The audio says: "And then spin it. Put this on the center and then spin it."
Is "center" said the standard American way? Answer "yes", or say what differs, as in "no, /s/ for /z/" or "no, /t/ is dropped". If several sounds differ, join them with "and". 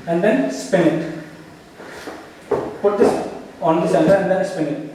no, /l/ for /n/